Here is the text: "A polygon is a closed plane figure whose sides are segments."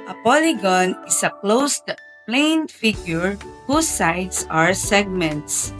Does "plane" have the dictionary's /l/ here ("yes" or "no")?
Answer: yes